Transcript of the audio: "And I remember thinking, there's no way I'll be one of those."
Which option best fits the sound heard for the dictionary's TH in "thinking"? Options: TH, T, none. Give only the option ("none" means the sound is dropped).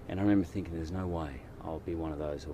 TH